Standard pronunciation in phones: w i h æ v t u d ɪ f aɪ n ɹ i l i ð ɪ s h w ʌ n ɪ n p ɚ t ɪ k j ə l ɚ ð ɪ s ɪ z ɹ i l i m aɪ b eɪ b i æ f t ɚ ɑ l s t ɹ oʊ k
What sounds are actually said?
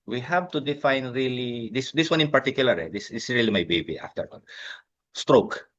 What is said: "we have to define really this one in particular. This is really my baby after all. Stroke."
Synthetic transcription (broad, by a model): w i h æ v t u d ɪ f aɪ n ɹ i l i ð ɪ s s w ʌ n ɪ n p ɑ t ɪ k j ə l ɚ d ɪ s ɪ s ɹ i l i m aɪ b eɪ b i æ f t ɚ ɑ n s t ɹ oʊ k